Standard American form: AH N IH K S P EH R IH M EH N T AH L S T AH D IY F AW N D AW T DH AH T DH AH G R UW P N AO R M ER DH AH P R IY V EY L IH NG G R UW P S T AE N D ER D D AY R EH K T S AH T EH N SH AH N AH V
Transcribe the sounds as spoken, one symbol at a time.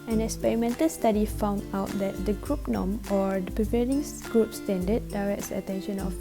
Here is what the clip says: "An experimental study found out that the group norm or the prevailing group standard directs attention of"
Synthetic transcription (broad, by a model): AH N IH K S P EH R IH M EH N T AH L S T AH D IY F AW N D AW T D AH T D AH G R UW P N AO M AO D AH P R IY P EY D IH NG G R UW P S T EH N D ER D D AY R EH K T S AH T EH N SH AH N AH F